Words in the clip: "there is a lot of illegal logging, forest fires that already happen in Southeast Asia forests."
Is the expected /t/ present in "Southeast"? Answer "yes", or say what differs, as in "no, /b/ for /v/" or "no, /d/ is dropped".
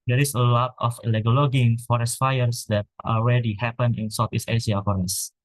no, /t/ is dropped